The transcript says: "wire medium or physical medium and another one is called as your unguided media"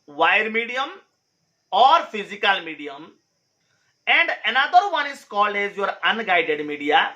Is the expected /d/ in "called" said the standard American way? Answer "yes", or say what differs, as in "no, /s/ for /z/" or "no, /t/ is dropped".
yes